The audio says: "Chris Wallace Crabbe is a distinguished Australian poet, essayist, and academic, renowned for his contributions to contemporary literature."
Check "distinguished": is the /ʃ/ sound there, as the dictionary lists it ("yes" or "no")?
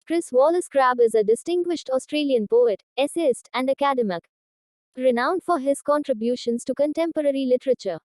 yes